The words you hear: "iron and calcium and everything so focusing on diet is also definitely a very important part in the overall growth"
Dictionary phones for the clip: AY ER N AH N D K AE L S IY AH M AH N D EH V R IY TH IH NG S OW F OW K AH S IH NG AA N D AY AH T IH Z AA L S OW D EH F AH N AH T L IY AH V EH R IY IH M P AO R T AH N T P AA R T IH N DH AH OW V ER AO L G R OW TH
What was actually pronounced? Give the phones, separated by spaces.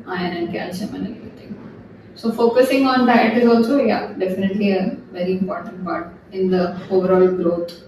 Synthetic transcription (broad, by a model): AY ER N AH N D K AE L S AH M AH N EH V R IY T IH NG S OW F OW K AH S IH NG AA N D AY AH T IH Z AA L S OW D EH F AH N AH T L IY AH V EH R IY IH M P AO R T AH N T P AA R T IH N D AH OW V ER AO L G R OW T